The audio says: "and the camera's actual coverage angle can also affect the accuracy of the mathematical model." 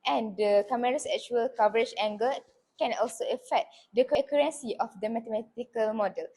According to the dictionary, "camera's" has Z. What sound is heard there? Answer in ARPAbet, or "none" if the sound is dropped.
S